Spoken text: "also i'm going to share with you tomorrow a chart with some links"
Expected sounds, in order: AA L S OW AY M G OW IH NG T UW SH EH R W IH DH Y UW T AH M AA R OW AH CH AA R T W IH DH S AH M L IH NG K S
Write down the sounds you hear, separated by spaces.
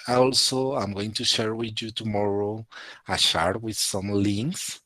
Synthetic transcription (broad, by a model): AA L S OW AY M G OW IH NG T UW SH EH R W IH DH Y UW T AH M AA R OW AH SH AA R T W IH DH S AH M L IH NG K S